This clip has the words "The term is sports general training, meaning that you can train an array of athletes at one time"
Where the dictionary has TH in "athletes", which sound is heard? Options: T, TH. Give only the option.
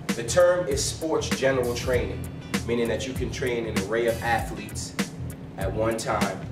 TH